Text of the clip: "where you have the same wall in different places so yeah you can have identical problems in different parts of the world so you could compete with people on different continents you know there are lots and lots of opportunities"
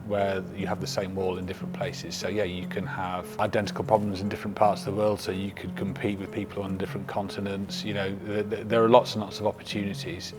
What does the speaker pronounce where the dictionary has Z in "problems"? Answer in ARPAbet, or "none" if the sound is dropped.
Z